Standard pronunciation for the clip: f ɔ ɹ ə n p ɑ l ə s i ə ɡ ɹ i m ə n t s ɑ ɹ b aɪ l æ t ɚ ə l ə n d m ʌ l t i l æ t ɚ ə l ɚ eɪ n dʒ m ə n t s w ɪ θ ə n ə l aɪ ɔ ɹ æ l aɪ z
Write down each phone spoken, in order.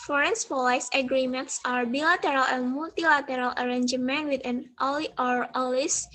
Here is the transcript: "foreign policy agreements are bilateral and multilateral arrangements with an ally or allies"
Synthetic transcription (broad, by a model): f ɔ ɹ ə n f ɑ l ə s ə ɡ ɹ i m ə n t s ɑ ɹ b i l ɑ t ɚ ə l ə n m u l t i l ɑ t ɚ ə l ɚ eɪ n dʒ m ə n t w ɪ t ə n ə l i ɔ ɹ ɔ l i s